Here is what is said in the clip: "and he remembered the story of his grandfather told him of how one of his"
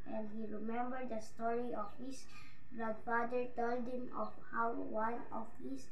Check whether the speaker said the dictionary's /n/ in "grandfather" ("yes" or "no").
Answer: no